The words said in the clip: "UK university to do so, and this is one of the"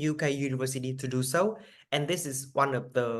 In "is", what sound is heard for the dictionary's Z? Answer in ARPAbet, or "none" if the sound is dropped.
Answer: S